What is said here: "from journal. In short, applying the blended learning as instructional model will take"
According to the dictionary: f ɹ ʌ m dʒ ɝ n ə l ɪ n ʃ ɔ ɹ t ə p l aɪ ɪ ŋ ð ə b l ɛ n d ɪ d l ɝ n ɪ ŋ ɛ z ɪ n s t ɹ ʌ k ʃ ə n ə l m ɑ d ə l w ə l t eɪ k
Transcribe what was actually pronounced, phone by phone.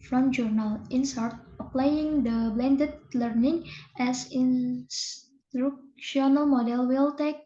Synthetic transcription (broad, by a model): f ɹ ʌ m dʒ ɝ n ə l ɪ n s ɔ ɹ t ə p l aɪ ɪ ŋ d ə b l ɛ n d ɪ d l ɝ n ɪ ŋ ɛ s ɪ n s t ɹ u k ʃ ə n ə l m ɑ d ə l w ə l t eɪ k